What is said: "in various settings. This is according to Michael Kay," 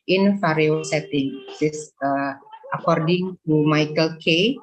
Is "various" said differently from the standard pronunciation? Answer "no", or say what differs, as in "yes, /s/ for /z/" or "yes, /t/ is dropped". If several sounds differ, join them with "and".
yes, /f/ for /v/